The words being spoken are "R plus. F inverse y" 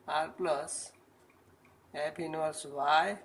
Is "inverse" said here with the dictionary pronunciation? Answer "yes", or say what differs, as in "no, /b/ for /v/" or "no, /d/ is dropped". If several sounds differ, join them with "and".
no, /v/ is dropped